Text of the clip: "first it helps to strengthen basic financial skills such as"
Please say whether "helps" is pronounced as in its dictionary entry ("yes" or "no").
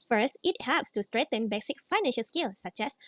yes